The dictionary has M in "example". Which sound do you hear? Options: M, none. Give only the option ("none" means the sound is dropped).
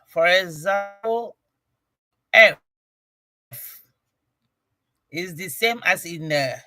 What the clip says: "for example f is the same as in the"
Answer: none